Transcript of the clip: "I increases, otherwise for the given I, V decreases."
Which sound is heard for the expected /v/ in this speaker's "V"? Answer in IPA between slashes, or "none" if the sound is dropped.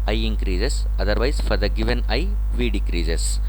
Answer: /v/